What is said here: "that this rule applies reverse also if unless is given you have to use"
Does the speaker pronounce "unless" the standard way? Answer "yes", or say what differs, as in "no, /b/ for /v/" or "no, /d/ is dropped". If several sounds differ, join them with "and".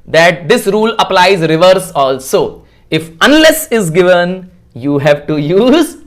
yes